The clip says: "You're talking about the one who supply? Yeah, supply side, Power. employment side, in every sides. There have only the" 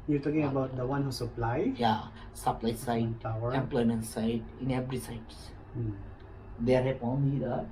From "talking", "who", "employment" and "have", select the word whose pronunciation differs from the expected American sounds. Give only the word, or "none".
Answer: have